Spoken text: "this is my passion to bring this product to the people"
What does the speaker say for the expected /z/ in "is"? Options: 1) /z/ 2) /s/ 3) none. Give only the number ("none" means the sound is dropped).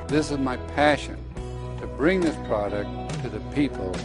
1